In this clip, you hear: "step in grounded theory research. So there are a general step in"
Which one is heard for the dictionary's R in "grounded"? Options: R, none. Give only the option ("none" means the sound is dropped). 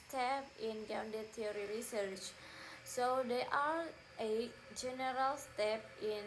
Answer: none